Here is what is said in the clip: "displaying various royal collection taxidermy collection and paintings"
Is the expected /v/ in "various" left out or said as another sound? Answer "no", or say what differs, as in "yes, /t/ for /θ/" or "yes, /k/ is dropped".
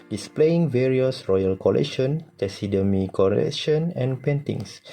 no